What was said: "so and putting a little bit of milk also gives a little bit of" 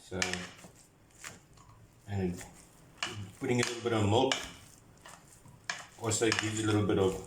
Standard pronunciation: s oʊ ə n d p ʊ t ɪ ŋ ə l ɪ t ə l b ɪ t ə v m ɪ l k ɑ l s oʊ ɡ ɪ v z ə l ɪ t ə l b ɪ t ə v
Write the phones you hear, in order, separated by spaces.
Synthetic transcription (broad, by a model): s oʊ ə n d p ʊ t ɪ ŋ ə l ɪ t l b ɪ t ə v m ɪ l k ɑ s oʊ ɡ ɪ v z ə l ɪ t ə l b ɪ t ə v